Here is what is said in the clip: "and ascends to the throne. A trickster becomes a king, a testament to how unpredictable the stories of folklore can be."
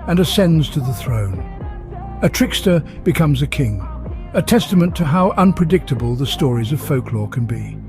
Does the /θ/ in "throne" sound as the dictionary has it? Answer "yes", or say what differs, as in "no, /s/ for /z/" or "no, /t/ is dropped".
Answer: yes